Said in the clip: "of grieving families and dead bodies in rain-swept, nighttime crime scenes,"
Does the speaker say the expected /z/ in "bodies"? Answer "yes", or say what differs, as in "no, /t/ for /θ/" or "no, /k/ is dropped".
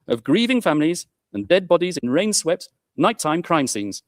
yes